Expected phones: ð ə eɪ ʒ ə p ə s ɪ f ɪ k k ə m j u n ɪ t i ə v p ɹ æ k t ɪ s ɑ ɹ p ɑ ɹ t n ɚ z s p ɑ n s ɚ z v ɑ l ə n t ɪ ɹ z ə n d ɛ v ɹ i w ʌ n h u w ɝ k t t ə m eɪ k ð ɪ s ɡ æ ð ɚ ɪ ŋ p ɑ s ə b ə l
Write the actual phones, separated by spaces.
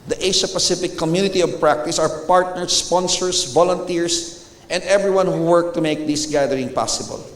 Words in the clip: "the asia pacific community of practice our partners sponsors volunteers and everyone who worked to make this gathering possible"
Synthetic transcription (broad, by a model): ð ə eɪ ʃ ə p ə s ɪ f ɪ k k ə m j u n ɪ t i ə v p ɹ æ k t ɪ s ɑ ɹ p ɑ ɹ t n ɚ s p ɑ n s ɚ s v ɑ l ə n t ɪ ɹ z ə n d ɛ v ɹ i w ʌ n h u w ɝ k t t ə m eɪ k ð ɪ s ɡ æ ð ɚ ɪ ŋ p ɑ s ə b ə l